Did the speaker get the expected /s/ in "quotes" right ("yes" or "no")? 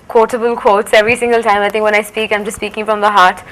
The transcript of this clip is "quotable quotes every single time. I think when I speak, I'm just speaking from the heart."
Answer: yes